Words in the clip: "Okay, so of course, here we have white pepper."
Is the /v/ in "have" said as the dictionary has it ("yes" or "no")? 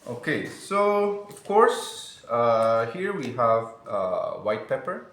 yes